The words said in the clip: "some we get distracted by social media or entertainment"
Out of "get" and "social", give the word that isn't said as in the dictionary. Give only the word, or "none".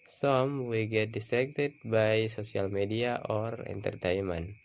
social